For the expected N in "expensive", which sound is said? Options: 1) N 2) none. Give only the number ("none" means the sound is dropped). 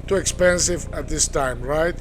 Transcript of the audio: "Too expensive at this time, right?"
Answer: 1